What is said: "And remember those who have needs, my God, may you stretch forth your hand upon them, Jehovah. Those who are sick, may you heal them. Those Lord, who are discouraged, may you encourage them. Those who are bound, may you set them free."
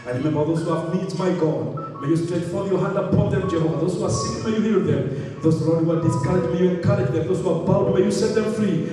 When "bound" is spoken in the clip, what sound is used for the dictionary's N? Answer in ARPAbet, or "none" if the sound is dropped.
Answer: L